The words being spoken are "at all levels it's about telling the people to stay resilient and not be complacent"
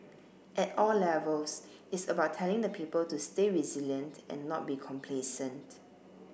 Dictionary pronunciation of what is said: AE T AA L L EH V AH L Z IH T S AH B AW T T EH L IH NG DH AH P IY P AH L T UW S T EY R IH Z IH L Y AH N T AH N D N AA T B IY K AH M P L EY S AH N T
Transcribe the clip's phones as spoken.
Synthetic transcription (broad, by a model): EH T AA L L EH V AH L S IH T S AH B AW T T EH L IH NG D AH P IY P AH L T UW S T EY R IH Z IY L Y AH N T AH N N AA T B IY K AH M P L EY S AH N T